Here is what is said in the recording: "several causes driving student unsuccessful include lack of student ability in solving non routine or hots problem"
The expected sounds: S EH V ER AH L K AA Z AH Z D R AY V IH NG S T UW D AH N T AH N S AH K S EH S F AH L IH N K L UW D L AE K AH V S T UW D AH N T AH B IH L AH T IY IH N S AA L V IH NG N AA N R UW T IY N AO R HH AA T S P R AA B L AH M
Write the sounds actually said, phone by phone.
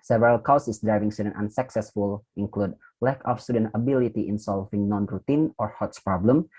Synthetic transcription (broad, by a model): S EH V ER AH L K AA S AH S D R AY V IH NG S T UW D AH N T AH N S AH K S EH S F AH L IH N K L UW D L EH K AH F S T UW D AH N T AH B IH L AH T IY IH N S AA L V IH NG N AA N R UW T IY N AO R HH AA T S P R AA B L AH M